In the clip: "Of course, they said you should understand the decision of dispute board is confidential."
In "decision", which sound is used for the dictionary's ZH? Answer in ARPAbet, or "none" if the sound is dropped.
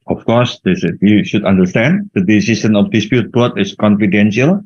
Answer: S